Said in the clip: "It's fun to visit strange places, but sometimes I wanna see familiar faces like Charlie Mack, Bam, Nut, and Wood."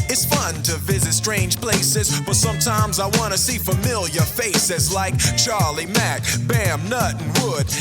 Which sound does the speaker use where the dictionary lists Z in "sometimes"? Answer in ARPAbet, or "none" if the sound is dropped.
Z